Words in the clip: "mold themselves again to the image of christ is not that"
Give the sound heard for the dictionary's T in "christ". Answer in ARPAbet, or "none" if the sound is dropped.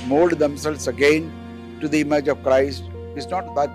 T